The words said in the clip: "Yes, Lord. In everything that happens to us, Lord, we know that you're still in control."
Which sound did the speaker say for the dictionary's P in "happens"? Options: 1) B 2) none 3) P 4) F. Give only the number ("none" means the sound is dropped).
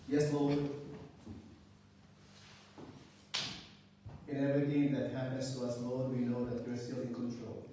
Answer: 2